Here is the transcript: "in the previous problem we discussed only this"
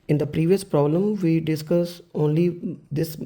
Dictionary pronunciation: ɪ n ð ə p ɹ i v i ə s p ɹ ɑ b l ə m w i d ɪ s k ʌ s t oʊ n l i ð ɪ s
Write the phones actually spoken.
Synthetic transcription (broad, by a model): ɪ n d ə p ɹ i v i ə s p ɹ ɑ b l ə m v i d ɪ s k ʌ s oʊ n l i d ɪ s